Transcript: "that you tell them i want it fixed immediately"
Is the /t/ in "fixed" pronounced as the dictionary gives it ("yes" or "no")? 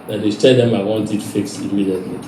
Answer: no